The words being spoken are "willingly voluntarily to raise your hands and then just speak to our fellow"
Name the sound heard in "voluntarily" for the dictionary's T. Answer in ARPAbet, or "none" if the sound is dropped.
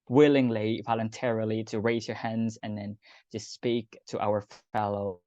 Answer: T